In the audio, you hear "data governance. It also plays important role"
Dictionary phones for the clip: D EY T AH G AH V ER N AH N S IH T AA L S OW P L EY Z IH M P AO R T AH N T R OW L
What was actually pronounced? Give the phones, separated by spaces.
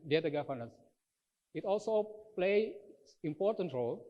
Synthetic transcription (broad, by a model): D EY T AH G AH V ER N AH S IH T AA L S OW P L EY IH M P AO R T AH N T R OW L